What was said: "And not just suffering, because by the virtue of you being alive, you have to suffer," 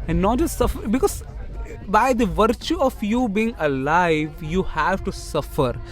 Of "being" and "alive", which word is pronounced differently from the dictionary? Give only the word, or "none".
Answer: none